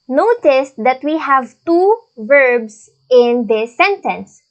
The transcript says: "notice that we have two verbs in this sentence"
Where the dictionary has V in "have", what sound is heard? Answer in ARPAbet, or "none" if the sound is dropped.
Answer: V